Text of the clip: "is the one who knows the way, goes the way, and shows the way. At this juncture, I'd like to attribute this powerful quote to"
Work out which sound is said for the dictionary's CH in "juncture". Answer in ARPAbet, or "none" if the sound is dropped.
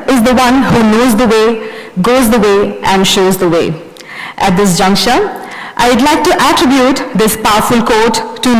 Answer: SH